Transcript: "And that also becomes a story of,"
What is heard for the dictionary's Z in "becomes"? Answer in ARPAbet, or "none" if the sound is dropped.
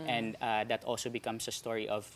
S